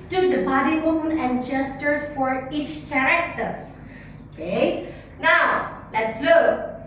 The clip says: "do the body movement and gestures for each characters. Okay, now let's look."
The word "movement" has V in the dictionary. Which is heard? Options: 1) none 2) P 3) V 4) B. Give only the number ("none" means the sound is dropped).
1